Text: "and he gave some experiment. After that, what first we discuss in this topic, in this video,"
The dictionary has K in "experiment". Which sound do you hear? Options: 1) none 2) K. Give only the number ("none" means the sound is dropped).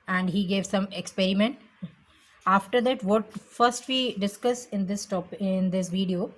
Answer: 2